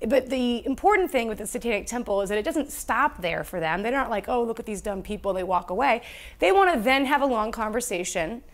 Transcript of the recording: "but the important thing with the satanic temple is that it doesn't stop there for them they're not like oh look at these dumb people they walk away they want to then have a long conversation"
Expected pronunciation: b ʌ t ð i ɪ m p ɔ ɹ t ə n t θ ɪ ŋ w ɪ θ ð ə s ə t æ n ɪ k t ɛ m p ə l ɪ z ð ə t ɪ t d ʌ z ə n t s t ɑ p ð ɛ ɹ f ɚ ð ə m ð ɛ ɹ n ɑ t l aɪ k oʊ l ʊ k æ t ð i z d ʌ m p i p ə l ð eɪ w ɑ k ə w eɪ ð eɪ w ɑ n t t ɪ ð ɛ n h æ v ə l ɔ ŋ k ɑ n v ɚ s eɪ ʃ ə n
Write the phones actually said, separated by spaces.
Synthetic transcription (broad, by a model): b ʌ t ð i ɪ m p ɔ ɹ t n θ ɪ ŋ w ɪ ð ə s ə t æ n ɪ k t ɛ m p l ɪ z ð ə t ɪ t d ʌ z ə n t s t ɑ p ð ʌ ɹ f ɚ ð ə m ð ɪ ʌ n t l aɪ k oʊ l ʊ k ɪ t ð i z d ʌ m p i p l ð eɪ w ɑ k ə w eɪ ð eɪ w ɑ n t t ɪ ð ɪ n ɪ v ə l ɔ ŋ k ɑ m v ɚ s eɪ ʃ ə n